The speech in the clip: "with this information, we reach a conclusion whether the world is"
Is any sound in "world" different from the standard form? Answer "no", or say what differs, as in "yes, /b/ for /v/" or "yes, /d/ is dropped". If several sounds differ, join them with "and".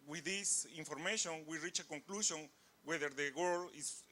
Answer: yes, /d/ is dropped